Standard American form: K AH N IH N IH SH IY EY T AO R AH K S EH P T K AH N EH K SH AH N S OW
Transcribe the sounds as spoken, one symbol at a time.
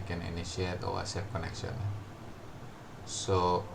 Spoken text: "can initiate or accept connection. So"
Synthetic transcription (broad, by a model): K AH N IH N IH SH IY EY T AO W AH S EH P K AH N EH K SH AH N S OW